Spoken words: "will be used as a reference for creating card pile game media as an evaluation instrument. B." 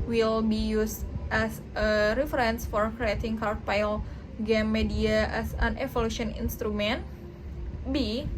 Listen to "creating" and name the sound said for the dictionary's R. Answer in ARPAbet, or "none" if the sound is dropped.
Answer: R